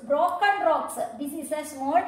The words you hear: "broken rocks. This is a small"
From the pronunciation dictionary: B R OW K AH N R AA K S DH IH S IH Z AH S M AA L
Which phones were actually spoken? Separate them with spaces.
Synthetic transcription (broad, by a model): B R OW K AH N R AA K S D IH S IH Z AH S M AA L